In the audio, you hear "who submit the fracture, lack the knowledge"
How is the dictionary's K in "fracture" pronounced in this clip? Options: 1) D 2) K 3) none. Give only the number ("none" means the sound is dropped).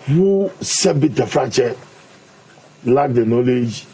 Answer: 3